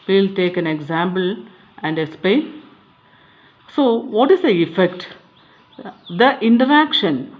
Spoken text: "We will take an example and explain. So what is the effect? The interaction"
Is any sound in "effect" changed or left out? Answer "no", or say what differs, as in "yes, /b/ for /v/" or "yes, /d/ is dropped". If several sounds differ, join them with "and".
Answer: no